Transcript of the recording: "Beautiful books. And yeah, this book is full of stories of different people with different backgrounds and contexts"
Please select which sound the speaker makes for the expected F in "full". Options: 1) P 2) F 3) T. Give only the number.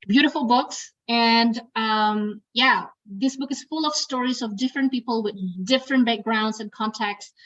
2